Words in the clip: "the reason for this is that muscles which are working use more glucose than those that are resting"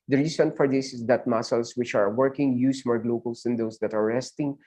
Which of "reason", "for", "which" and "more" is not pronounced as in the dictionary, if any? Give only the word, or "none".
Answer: reason